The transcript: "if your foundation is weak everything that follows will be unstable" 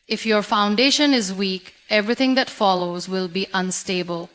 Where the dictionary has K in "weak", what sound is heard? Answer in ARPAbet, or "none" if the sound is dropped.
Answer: K